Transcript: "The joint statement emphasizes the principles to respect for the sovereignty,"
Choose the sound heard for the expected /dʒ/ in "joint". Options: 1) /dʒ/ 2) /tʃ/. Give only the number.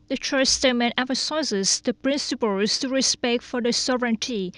2